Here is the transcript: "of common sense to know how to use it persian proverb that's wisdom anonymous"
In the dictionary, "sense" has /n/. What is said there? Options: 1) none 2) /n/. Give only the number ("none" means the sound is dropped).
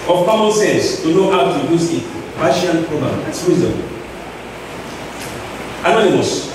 1